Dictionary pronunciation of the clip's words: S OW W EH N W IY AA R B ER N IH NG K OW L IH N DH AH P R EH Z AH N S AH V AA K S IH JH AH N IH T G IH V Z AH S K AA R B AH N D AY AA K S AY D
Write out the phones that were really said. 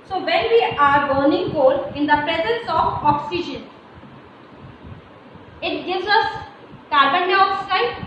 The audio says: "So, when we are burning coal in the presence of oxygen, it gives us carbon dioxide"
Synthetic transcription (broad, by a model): S OW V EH N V IY AA R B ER N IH NG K OW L IH N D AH P R EH Z AH N S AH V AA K S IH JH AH N IH T G IH V Z AH S K AA R B AH N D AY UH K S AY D